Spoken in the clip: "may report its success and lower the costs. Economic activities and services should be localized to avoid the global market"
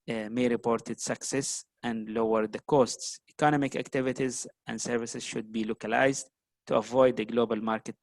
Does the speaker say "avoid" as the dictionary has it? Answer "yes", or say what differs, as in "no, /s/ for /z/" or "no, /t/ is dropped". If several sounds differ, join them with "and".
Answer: yes